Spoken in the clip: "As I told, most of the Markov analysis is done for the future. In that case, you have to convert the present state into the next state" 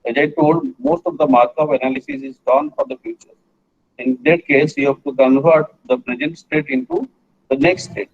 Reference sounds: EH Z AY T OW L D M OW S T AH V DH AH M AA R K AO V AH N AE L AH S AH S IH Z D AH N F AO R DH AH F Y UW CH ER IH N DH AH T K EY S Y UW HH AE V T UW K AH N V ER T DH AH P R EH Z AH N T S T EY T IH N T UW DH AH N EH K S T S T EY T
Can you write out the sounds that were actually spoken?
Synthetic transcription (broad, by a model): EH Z AY T OW L D M OW S T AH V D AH M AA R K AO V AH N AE L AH S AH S IH Z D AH N F AO R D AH F Y UW CH ER IH N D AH T K EY S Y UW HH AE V T UW K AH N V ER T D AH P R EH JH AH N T S T EY T IH N T UW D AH N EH K S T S T EY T